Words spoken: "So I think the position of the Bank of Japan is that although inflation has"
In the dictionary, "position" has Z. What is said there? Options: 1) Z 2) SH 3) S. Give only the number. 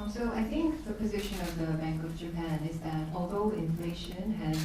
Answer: 1